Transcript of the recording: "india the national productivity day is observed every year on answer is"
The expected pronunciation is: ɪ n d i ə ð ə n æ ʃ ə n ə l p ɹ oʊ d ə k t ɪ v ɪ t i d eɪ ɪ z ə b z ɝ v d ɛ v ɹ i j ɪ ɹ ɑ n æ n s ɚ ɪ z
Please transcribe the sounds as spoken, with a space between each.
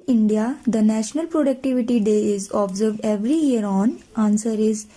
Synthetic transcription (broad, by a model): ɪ n d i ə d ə n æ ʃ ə n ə l p ɹ oʊ d ə k t ɪ v ɪ t i d eɪ ɪ z ə b z ɝ v d ɛ v ɹ i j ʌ ɹ ɑ n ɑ n s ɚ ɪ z